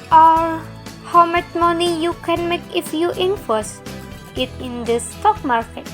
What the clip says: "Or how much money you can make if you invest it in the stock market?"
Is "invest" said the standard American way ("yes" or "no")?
no